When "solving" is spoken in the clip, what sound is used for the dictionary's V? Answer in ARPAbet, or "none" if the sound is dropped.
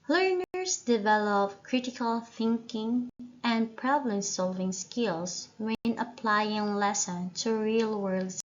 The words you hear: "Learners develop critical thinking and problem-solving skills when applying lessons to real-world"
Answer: V